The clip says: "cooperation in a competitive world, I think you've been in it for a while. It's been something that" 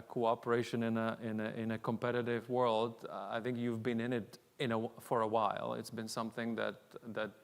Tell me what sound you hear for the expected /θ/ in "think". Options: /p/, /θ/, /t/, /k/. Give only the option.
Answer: /θ/